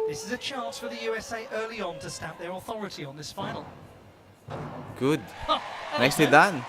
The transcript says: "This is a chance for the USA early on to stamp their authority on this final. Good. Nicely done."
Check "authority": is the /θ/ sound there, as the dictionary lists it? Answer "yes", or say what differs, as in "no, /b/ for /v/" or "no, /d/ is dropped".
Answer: yes